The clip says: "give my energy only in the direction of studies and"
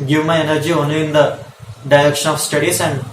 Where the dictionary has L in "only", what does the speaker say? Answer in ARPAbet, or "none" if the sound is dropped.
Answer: none